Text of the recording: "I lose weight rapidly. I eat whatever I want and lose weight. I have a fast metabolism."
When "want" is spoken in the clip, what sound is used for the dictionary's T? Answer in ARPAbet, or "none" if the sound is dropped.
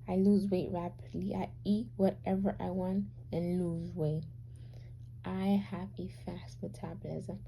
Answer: T